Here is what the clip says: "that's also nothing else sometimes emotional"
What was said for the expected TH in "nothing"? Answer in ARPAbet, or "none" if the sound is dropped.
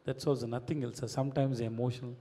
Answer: T